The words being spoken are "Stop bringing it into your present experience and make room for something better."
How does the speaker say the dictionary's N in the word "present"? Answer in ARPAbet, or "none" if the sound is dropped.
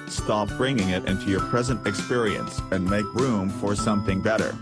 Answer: N